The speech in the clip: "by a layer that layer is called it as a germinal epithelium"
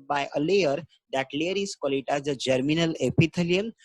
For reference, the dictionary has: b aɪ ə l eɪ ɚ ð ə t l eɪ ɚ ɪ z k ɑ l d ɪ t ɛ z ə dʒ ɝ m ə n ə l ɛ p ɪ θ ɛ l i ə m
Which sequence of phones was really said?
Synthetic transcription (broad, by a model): b aɪ ə l eɪ ɚ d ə t l eɪ ɚ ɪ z k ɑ l ɪ t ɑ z ə dʒ ɝ m ə n ə l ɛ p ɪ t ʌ l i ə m